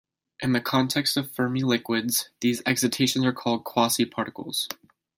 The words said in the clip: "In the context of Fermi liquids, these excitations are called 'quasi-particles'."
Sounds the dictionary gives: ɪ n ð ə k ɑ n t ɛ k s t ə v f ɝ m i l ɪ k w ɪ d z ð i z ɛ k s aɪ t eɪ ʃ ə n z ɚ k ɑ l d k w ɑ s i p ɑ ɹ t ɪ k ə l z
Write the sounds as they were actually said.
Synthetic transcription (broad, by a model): ɪ n ð ə k ɑ n t ɛ k s t ə v f ɝ m i l ɪ k w ɪ d z ð i z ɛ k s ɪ t eɪ ʃ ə n z ɚ k ɑ l d k w ɑ s i p ɑ ɹ t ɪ k l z